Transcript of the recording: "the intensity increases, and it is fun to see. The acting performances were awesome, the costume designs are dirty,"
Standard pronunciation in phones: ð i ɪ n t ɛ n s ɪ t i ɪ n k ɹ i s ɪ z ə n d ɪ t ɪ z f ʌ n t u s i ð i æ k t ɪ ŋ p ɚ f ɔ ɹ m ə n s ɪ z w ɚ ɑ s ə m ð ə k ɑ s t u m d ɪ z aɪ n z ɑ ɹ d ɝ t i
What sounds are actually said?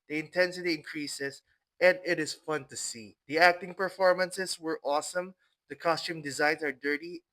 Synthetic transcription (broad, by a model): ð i ɪ n t ɛ n s ɪ t i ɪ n k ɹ i s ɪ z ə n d ɪ t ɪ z f ʌ n t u s i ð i æ k t ɪ ŋ p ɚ f ɔ ɹ m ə n s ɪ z w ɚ ɑ s ə m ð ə k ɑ s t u m d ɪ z aɪ n s ɑ ɹ d ɝ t i